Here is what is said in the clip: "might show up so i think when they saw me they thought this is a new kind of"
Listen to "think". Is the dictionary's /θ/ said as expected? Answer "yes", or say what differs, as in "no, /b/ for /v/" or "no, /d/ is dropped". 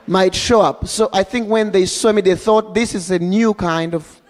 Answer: yes